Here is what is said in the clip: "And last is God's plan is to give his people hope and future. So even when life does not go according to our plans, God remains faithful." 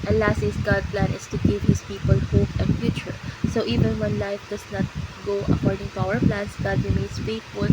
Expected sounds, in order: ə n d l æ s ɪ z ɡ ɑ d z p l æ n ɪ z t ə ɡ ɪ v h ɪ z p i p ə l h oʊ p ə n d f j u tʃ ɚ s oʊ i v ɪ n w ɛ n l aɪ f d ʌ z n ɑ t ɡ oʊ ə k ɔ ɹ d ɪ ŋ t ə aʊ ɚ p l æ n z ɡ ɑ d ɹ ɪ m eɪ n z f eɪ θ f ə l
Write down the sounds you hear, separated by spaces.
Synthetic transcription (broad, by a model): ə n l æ s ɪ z ɡ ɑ d p l æ n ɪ s t ə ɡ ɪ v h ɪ s p i p ə l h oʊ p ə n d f j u tʃ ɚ s oʊ i v ɪ n w ɛ n l aɪ f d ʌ s n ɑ t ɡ oʊ ə k ɔ ɹ d ɪ ŋ t ə aʊ ɚ p l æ n s ɡ ɑ d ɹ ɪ m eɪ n s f eɪ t f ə l